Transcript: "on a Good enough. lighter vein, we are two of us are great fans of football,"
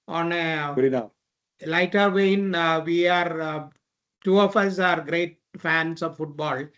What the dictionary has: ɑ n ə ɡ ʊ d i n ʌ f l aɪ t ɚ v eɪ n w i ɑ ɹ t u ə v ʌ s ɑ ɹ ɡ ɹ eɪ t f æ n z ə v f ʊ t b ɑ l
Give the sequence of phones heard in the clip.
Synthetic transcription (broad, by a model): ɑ n ə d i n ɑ l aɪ t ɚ v eɪ n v i ɑ ɹ t u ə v ʌ s ɑ ɹ ɡ ɹ eɪ t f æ n s ə v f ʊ t b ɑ l